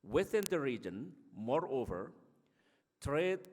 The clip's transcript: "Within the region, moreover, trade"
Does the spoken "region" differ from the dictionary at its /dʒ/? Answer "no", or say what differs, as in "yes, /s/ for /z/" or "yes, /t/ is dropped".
no